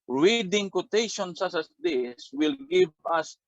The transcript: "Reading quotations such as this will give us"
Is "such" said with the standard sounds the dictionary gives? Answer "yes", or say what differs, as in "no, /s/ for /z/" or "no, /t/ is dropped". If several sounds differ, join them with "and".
no, /s/ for /tʃ/